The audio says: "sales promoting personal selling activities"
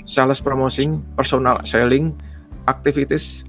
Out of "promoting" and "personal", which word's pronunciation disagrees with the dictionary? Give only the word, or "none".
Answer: promoting